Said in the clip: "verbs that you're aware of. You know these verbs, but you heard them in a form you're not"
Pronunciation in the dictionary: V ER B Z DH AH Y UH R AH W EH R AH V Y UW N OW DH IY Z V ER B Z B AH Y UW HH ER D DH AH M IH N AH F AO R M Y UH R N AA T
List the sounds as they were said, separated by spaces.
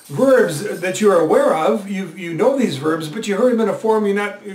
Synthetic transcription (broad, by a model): V ER B Z DH AH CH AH R AH W EH R AH V Y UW N OW DH IY Z V ER B Z B AH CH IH HH ER D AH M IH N AH F AO R M Y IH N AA T